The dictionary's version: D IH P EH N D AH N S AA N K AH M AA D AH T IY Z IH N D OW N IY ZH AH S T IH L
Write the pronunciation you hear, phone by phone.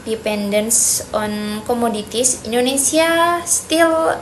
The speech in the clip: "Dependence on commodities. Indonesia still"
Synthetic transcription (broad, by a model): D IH P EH N D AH N S AA N K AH M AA D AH T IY S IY N D OW N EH S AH S T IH L